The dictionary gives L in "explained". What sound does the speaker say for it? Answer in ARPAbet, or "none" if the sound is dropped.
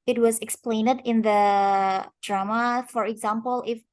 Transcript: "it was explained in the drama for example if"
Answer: L